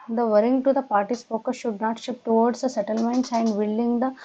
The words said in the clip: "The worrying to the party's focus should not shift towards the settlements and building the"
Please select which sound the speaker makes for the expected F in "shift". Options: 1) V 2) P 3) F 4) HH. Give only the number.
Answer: 2